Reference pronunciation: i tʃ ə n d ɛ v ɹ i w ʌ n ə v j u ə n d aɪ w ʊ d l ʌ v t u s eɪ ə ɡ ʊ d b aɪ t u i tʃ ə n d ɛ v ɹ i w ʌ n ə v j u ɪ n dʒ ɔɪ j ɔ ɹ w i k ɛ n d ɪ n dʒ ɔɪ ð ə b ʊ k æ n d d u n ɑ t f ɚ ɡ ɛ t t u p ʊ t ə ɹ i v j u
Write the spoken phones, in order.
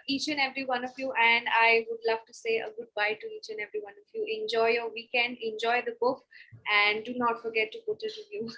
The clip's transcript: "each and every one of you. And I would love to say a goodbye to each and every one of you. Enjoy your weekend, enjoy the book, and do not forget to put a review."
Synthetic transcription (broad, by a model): i tʃ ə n ɛ v ɹ i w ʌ n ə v j u ə n d aɪ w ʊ d l ʌ v t u s eɪ ə ɡ ʊ d b aɪ t u i tʃ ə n ɛ v ɹ i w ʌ n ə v j u ɪ n dʒ ɔɪ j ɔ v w i k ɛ n ɪ n dʒ ɔɪ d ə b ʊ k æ n d d u n ɑ t f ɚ ɡ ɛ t t u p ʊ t ə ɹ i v j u